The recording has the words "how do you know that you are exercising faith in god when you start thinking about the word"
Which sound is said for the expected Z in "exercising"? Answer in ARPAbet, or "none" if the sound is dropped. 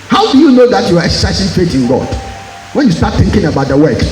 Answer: S